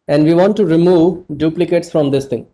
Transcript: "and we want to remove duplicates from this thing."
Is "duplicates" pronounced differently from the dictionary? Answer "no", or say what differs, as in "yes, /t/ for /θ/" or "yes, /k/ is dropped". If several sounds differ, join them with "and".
no